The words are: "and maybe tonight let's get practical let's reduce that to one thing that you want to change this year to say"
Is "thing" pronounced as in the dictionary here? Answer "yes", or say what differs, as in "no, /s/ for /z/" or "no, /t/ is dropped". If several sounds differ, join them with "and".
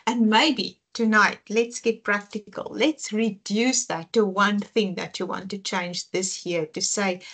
yes